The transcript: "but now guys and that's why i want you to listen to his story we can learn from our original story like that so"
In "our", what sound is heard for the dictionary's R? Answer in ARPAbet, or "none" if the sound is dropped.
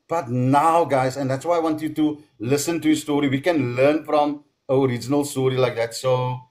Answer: R